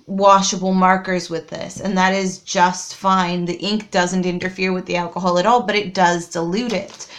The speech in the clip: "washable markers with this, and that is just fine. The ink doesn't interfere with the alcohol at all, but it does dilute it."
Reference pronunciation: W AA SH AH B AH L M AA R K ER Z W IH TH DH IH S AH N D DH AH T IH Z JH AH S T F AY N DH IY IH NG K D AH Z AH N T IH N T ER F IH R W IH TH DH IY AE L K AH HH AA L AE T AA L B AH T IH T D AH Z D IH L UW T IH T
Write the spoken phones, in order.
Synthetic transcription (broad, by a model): W AA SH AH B L M AA R K ER Z W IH DH IH S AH N DH AH T IH Z JH AH S T F AY N DH IY IH NG K D AH Z AH N T IH N T ER F IH R W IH DH IY AE L K AH HH AA L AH T AA L B AH T IH T D AH Z D IH L UW T IH T